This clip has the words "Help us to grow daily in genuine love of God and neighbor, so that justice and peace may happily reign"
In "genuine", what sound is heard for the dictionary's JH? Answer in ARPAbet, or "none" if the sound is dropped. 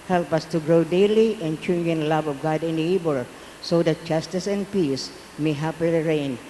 CH